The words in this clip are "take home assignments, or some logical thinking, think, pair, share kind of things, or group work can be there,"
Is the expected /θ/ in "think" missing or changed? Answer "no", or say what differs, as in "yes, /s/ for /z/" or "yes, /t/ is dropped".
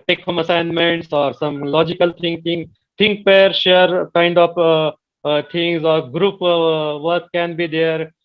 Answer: yes, /t/ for /θ/